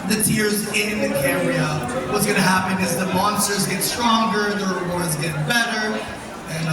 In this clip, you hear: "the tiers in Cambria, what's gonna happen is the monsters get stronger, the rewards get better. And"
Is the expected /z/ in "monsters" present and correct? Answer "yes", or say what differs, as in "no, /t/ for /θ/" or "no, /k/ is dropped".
yes